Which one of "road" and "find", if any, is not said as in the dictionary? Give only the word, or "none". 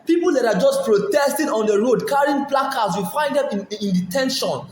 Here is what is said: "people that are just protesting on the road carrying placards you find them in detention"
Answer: none